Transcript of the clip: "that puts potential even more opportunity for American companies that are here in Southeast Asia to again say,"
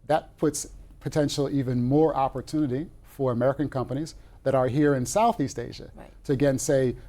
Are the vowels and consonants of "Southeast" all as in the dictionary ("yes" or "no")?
yes